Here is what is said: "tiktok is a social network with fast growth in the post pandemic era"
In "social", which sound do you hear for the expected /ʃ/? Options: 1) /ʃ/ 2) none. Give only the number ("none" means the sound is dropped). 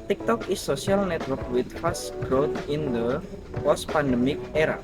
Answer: 2